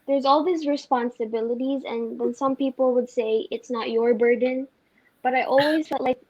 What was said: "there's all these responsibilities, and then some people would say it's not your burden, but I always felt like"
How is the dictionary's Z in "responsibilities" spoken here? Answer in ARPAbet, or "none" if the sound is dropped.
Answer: Z